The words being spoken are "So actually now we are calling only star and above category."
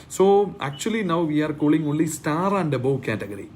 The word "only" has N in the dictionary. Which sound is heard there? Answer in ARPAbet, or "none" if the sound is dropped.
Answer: none